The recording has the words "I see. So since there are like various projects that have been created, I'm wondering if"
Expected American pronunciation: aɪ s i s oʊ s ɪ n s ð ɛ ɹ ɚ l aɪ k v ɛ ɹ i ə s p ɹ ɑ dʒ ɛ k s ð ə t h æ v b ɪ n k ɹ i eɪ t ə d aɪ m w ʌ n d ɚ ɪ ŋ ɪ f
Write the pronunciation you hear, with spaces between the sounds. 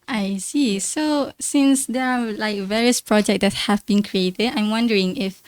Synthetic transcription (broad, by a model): aɪ s i s oʊ s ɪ n s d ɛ ɹ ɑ l aɪ k v ɛ ɹ i ə s p ɹ ɑ dʒ ɛ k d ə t h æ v b ɪ n k ɹ i eɪ t ə d aɪ m w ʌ n d ɚ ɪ ŋ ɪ f